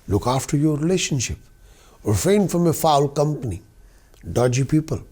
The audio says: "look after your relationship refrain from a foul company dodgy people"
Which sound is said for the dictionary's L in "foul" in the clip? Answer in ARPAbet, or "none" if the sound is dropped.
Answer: L